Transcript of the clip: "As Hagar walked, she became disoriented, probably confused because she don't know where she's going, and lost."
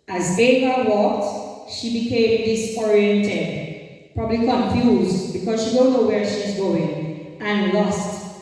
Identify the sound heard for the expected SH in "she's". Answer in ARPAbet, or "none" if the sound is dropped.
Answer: SH